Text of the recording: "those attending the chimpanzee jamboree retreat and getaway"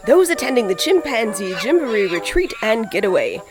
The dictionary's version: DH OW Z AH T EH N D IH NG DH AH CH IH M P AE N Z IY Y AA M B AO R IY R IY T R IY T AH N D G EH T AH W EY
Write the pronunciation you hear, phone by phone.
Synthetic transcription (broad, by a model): DH OW Z AH T EH N D IH NG DH AH CH IH M P AE N Z IY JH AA M B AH R IY R IY T R IY T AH N G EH T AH W EY